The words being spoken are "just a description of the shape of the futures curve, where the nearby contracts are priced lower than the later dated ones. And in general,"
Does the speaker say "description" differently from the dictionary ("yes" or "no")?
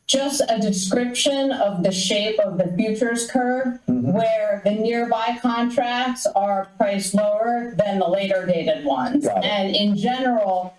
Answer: no